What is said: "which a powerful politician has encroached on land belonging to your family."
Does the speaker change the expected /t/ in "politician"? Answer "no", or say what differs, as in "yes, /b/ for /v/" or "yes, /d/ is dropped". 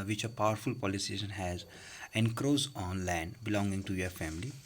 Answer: yes, /s/ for /t/